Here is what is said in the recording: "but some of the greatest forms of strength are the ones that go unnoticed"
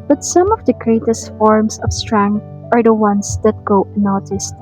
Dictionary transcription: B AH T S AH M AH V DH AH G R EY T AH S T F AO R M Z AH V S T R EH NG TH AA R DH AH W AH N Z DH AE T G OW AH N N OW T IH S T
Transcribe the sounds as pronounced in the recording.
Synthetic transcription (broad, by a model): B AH T S AH M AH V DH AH G R EY T AH S T F AO R M S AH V S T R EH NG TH AA R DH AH W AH N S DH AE T G OW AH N N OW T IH S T